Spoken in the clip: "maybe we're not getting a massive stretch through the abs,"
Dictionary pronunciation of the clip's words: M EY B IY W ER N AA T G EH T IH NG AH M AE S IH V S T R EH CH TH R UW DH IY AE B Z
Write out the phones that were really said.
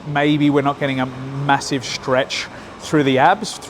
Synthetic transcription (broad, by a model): M EY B IY W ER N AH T G EH T IH NG AH M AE S IH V S T R EH CH TH R UW DH IY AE B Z